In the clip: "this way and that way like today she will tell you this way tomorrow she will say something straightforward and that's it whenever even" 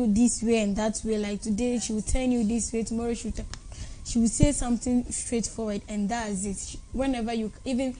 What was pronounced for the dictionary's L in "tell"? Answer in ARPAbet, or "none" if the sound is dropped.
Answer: N